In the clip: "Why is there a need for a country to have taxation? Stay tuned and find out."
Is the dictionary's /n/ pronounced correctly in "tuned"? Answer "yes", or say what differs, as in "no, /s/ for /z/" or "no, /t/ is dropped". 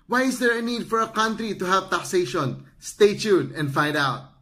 no, /n/ is dropped